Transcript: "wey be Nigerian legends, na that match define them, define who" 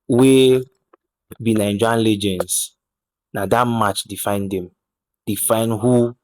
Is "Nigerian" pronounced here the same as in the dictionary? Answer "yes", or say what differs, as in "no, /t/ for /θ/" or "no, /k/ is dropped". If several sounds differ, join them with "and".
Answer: no, /dʒ/ is dropped